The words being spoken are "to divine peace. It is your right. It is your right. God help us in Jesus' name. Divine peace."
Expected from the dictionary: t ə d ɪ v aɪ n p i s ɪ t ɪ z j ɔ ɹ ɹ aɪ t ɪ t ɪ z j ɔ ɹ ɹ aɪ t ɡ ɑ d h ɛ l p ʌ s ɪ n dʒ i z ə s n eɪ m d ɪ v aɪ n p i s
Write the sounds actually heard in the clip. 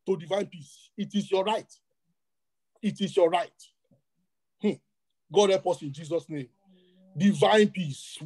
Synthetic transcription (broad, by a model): t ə d ɪ v aɪ n p i s ɪ t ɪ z j ɔ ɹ ɹ aɪ t ɪ t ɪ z j ɔ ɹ ɹ aɪ t ɡ ɑ d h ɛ p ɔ s ɪ n dʒ i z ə s n eɪ m d ɪ v aɪ n p i s